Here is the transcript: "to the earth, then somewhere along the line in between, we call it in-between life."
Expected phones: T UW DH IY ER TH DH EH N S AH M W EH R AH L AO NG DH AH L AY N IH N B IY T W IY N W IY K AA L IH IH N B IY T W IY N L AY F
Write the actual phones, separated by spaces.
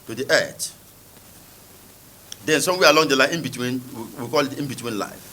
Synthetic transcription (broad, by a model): T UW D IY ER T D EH N S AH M W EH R AH L AO NG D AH L AY IH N B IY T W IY N W IY K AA L IH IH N B IY T W IY N L AY F